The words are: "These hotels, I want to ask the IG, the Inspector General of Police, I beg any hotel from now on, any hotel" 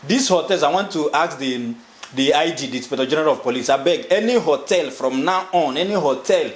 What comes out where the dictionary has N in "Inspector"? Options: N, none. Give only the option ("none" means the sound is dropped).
none